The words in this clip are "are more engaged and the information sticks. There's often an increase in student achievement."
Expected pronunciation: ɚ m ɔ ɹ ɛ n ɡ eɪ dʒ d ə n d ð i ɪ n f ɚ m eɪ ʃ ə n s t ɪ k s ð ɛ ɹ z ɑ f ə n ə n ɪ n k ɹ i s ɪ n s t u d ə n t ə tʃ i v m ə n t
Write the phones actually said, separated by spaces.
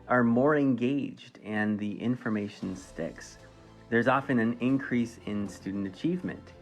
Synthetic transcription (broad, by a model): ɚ m ɔ ɹ ɛ n ɡ eɪ dʒ d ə n ð i ɪ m f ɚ m eɪ ʃ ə n s t ɪ k s ð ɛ ɹ z ɑ f ə n ə n ɪ n k ɹ i s ɪ n s t u d n t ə tʃ i v m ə n t